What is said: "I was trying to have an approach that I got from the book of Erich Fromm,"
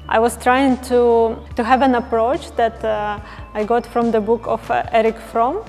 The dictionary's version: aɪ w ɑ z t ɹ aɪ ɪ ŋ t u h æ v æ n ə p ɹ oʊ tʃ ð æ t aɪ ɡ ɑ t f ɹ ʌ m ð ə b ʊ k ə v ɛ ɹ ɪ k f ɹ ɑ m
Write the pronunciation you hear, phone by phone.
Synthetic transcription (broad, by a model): aɪ w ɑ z t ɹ aɪ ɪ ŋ t u h æ v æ n ə p ɹ oʊ tʃ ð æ t aɪ ɡ ɑ t f ɹ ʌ m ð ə b ʊ k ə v ɛ ɹ ɪ k f ɹ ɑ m